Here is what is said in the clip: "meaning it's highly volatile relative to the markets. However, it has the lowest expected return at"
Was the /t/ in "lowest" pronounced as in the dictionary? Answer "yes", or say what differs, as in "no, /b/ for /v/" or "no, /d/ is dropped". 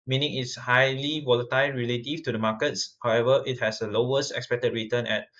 yes